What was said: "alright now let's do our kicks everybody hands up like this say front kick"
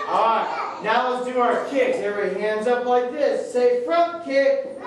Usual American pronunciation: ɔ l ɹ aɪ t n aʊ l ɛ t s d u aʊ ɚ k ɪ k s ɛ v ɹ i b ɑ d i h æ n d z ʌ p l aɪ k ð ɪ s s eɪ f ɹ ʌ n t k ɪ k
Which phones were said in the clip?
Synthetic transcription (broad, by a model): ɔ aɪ n aʊ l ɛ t s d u aʊ ɚ k ɪ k ɛ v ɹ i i h æ n d z ʌ p l aɪ k ð ɪ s s eɪ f ɹ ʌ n k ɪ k